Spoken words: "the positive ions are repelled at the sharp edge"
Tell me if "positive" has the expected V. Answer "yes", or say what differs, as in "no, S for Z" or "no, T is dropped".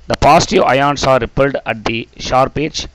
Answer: no, V is dropped